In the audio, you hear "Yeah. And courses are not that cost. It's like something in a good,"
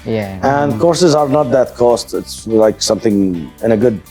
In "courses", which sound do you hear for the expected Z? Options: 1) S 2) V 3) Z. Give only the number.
3